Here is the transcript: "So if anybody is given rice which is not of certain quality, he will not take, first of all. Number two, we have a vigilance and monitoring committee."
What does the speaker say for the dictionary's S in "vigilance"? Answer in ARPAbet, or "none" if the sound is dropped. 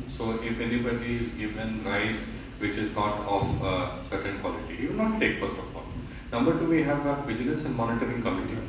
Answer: S